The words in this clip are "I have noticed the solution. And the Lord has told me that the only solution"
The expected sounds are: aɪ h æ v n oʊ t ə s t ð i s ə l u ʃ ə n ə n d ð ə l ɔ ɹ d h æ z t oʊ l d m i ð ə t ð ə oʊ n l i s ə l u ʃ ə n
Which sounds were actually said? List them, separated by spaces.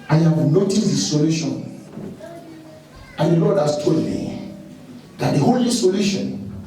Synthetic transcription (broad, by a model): aɪ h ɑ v n oʊ t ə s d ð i s ə l u ʃ ə n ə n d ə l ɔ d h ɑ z t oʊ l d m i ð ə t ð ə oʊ l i s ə l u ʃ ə n